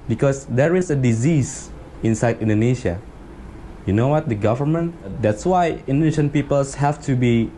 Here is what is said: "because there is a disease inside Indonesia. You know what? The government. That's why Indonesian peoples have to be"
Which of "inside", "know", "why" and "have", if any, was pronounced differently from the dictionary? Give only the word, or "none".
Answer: have